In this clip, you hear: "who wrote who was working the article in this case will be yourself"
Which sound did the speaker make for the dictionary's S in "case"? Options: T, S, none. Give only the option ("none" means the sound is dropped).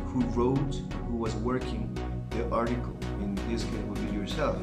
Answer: none